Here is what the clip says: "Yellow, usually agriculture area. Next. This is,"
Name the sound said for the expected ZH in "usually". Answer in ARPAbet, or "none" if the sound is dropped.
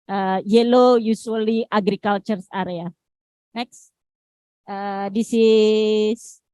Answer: S